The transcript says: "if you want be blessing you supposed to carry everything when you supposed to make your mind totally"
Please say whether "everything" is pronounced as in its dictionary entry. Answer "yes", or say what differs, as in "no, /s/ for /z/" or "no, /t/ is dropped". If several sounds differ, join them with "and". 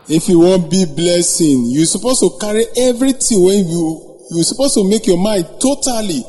no, /t/ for /θ/